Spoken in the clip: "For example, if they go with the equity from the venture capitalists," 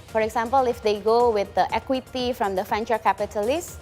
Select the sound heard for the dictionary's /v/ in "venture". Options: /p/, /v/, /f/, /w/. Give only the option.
/f/